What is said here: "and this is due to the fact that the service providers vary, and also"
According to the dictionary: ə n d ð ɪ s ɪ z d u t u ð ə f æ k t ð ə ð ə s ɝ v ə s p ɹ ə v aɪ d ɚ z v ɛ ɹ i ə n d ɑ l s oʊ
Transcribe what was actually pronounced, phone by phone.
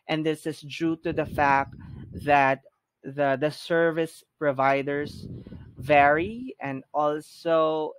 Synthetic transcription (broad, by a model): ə n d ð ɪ s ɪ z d u t u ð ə f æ k t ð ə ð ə s ɝ v ə s p ɹ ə v aɪ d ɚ s v ɛ ɹ i ə n d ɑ l s oʊ